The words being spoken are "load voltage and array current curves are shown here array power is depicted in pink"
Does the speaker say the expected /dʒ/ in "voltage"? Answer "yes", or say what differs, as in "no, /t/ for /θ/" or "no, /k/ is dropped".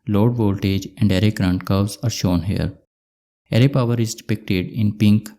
yes